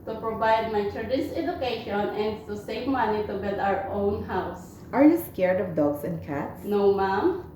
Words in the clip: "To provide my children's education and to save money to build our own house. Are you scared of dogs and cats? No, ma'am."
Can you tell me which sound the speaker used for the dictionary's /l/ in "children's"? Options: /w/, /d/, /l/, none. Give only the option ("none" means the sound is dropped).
none